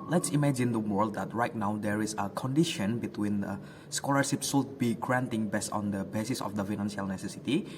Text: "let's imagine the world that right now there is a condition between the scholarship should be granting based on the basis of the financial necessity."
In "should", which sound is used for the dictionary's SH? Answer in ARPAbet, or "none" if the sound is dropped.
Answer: S